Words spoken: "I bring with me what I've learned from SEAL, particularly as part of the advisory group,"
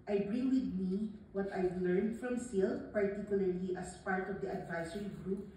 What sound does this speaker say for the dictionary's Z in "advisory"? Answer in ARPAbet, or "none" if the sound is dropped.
S